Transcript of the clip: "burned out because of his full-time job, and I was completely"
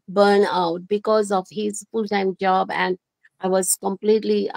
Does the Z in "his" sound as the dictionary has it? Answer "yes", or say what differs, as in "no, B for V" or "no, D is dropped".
yes